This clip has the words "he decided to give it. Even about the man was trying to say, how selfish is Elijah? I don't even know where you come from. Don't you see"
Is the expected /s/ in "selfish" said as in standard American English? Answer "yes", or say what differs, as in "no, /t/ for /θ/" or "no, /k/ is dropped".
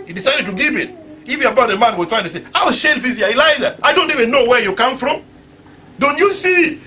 no, /ʃ/ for /s/